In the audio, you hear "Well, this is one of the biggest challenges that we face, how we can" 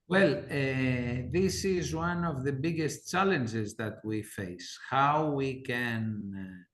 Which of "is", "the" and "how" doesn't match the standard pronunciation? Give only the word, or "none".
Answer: none